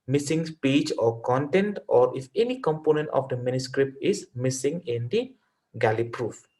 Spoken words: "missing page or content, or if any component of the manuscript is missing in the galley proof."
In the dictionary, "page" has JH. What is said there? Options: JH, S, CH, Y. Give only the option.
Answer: CH